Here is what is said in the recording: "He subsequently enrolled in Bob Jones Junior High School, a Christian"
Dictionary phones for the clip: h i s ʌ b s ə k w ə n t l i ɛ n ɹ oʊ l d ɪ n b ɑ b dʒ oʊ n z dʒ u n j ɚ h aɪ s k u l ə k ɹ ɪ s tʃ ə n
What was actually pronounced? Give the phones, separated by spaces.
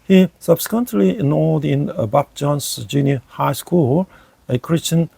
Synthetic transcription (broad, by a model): h i s ʌ b s ə k w ə n t l i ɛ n oʊ d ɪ n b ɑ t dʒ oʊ n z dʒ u n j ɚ h aɪ s k u l ə k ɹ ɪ s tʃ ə n